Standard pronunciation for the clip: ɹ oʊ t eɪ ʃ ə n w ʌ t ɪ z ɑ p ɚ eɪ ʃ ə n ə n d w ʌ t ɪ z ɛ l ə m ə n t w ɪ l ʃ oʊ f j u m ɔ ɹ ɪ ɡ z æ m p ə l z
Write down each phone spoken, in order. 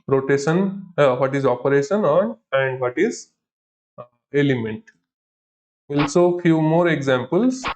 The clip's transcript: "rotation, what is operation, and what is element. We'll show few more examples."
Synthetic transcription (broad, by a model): ɹ oʊ t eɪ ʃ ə n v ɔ t ɪ z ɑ p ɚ eɪ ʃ ə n ə n d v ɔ t ɪ z ɛ l ə m ə n t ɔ l s oʊ f j u m ɔ ɹ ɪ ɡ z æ m p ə l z